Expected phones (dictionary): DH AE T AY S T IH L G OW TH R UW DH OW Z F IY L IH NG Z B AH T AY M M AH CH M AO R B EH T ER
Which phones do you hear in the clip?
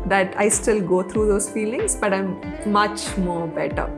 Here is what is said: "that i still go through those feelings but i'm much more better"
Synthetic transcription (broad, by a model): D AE T AY S T IH L G OW T R UW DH OW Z F IY L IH NG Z B AH T AY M M AH CH M AO R B EH T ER